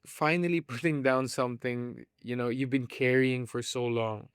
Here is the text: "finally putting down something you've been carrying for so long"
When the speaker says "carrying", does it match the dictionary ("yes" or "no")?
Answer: yes